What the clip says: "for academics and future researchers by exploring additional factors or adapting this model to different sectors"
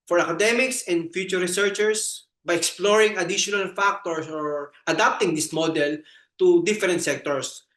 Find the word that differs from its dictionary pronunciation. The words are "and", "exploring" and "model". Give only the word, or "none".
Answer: none